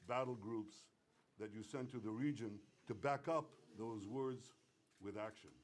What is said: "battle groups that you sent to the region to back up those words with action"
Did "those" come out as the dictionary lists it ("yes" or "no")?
yes